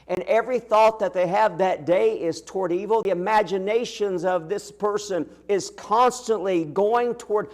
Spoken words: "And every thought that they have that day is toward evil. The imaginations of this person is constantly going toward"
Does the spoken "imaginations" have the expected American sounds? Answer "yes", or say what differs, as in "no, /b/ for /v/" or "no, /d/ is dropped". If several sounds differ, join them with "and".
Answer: yes